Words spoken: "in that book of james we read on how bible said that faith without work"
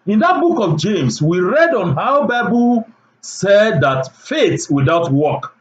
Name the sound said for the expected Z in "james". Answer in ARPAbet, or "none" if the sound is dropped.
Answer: S